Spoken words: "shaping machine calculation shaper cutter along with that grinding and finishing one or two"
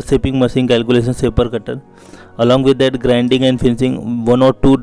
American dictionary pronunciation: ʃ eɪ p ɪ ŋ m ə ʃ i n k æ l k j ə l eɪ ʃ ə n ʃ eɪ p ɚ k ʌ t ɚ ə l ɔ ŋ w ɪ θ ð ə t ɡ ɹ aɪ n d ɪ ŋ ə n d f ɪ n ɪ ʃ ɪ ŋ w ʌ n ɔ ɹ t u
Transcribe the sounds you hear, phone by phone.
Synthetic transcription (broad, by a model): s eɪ p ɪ ŋ m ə s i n k æ l k j ə l eɪ ʃ ə n s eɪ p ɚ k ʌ t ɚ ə l ɔ ŋ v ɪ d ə t ɡ ɹ aɪ n d ɪ ŋ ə n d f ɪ n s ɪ ŋ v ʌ n ɔ ɹ t u